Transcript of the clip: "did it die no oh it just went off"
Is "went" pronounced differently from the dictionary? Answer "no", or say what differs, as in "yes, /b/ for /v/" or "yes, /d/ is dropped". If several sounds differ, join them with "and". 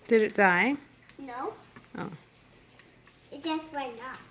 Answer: yes, /t/ is dropped